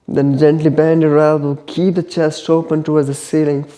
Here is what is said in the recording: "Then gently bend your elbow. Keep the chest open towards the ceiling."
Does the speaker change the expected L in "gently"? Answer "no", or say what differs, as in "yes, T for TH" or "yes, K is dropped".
no